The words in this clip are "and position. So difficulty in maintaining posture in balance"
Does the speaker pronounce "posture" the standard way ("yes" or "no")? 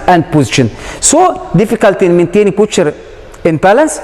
no